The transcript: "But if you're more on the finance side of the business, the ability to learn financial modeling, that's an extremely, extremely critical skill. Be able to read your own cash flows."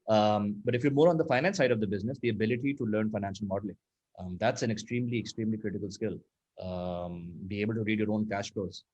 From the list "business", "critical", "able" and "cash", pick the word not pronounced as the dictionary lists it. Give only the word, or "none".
none